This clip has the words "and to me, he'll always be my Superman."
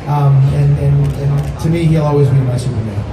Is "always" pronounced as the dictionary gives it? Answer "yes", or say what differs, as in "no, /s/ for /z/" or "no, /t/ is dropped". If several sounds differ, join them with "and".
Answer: yes